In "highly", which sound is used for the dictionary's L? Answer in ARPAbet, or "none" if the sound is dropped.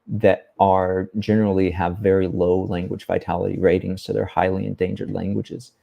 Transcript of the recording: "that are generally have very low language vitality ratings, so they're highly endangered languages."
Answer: L